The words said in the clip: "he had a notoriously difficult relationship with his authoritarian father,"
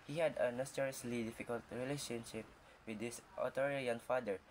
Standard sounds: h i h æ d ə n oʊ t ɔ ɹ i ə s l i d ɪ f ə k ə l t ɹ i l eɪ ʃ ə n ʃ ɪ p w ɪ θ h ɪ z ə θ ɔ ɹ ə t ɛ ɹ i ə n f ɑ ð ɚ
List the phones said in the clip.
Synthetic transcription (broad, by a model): h i h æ d ə n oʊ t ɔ ɹ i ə s l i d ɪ f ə k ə l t ɹ i l eɪ ʃ ə n ʃ ɪ p w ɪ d h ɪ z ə t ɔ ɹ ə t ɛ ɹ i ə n f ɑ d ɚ